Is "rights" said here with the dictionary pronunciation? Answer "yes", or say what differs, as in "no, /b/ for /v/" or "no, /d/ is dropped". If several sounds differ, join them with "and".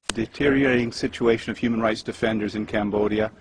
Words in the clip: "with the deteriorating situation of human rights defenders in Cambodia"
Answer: yes